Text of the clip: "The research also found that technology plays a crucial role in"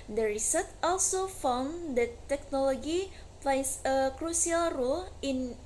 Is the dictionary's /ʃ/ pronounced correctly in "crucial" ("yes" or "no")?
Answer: no